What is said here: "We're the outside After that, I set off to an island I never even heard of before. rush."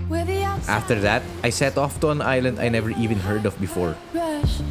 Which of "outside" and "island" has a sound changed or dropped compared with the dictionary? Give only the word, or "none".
outside